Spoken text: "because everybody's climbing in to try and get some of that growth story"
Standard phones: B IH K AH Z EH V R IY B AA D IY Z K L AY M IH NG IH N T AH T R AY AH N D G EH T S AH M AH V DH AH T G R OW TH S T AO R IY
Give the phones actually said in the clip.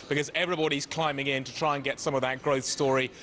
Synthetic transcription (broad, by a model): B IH K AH Z EH V R IY B AA D IY Z K L AY M IH NG IH N T AH T R AY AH N G EH T S AH M AH V DH AH T G R OW TH S T AO R IY